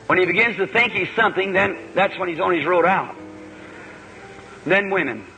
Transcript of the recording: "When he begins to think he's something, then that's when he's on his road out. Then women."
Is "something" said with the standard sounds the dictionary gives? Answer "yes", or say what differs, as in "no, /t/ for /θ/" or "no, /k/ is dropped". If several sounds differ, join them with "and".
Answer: yes